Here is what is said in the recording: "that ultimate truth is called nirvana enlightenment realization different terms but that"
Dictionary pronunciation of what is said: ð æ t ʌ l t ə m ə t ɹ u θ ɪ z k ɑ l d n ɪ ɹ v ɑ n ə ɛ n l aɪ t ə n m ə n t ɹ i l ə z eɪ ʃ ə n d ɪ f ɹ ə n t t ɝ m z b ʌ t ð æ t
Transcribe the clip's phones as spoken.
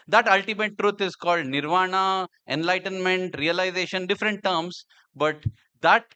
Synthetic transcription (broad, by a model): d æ t ʌ l t ə m ə t ɹ u t ɪ z k ɑ l d n ɪ ɹ v ɑ n ə ɛ n l aɪ t ə n m ə n t ɹ i l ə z eɪ ʃ ə n d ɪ f ɹ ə n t t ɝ m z b ʌ t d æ t